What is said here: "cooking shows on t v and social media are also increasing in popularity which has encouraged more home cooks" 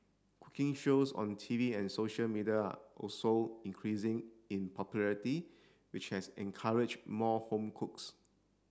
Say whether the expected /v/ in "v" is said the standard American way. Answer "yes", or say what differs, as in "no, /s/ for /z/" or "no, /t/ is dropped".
yes